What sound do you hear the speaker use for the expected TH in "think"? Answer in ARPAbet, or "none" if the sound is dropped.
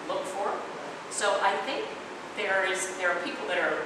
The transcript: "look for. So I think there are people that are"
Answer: TH